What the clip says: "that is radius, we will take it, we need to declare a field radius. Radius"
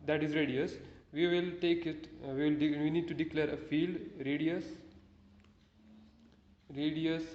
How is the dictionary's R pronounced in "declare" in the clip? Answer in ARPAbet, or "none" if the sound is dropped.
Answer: R